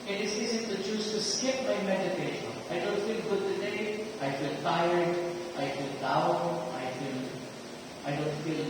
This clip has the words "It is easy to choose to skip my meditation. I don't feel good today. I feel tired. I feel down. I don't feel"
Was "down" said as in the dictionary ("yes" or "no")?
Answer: no